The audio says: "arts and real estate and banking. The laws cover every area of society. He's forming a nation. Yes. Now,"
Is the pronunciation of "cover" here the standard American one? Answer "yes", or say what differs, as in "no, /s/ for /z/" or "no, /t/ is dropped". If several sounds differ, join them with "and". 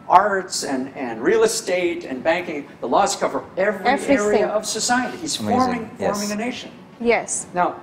yes